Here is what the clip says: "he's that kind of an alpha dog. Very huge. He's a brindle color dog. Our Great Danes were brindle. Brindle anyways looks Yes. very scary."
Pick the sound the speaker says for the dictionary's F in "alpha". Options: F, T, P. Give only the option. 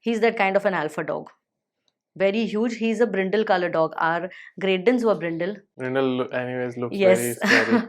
F